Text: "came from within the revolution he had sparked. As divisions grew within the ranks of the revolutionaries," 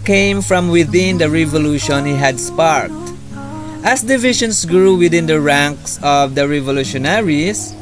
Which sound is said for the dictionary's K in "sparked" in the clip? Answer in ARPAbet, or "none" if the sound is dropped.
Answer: K